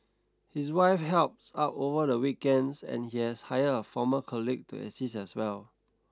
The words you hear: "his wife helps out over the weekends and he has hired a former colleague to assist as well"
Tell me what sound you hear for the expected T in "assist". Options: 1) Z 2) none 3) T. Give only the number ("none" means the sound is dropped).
2